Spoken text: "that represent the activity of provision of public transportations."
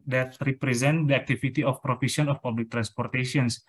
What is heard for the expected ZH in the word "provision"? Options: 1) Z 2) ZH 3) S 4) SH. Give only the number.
3